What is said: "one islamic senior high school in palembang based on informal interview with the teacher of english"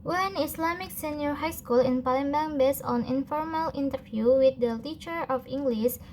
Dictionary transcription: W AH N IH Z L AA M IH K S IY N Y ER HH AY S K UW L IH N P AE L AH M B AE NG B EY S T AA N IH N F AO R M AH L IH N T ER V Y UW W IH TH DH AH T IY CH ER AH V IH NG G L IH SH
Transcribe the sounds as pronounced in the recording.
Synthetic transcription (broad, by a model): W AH N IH S L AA M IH K S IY N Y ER HH AY S K UW L IH N P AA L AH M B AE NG B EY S AA N IH N F AO R M AH L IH N T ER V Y UW W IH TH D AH T IY CH ER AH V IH NG G L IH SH